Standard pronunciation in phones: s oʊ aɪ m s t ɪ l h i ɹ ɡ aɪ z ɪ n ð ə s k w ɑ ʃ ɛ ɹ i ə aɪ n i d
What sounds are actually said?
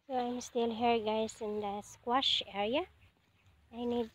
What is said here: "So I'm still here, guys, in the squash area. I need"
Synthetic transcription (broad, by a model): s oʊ aɪ m s t ɪ l h i ɹ ɡ aɪ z ɪ n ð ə s k w ɑ ʃ ɛ ɹ i ə aɪ n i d